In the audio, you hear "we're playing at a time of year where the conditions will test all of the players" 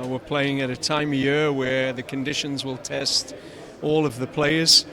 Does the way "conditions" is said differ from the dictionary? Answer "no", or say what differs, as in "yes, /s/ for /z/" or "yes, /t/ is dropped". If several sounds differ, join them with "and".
no